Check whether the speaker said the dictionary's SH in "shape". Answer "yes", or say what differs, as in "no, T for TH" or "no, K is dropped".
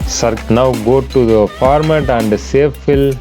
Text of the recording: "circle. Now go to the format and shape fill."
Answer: no, S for SH